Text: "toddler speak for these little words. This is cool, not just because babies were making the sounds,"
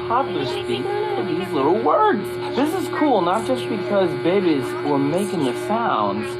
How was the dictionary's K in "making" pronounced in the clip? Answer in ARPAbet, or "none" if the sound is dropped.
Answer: K